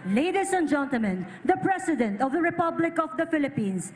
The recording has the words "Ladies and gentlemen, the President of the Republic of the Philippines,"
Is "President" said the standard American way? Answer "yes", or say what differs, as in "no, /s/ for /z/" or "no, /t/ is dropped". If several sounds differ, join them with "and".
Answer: no, /s/ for /z/